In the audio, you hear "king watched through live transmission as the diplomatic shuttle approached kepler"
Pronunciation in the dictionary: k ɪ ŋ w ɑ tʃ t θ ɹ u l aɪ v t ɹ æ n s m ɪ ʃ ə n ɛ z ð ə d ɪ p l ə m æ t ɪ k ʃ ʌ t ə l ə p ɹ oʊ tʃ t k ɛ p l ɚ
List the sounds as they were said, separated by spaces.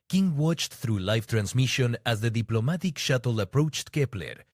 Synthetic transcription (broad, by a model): k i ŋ w ɑ tʃ t θ ɹ u l aɪ f t ɹ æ n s m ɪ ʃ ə n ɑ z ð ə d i p l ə m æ t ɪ k ʃ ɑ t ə l ə p ɹ oʊ tʃ t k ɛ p l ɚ